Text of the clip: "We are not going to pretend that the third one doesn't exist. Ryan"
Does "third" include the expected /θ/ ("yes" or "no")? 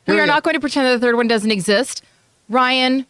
yes